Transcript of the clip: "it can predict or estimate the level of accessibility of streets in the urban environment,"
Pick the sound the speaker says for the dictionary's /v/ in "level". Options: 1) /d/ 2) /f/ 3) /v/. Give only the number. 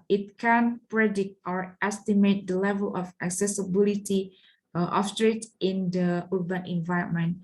3